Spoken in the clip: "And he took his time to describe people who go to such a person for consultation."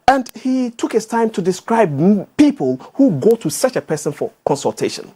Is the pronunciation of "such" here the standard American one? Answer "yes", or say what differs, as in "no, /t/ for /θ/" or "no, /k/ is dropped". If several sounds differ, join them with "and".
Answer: yes